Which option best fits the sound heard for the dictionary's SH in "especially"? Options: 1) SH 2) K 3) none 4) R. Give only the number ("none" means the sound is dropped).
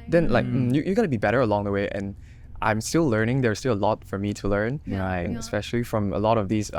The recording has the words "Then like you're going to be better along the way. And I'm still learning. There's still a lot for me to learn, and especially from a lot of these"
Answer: 1